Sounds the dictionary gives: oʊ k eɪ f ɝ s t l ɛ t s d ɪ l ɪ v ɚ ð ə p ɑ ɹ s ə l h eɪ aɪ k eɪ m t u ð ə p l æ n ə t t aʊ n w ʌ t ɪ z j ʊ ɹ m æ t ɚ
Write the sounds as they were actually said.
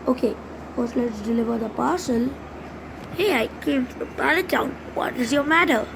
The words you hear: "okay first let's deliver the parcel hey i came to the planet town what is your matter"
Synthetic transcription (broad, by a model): oʊ k eɪ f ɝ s l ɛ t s d ɪ l ɪ v ɚ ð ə p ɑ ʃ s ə l h eɪ aɪ k eɪ m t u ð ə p æ l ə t t aʊ n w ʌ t ɪ z j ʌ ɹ m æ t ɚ